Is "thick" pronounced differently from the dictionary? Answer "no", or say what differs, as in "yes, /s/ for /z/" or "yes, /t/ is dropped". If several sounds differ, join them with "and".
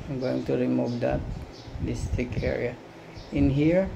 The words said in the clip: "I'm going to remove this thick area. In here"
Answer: yes, /t/ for /θ/